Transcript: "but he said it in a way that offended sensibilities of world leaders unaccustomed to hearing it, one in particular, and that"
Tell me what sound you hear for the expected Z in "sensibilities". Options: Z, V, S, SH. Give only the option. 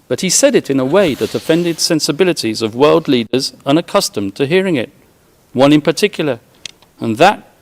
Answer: Z